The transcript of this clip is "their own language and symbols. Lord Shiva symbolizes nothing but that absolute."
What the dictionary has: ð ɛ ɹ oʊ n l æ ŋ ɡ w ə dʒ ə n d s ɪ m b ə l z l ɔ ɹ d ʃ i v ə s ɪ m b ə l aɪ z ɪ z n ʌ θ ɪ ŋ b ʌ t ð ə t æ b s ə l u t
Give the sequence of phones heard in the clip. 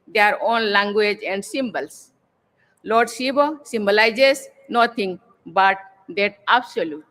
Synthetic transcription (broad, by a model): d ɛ ɹ oʊ n l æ ŋ ɡ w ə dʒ ə n d s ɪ m b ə l s l ɔ ɹ d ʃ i b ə s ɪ m b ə l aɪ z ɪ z n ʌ t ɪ ŋ b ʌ t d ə t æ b s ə l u t